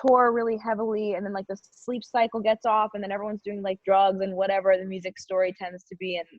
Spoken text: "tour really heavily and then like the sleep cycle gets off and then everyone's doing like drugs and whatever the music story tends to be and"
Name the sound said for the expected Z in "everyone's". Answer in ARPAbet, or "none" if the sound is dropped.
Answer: Z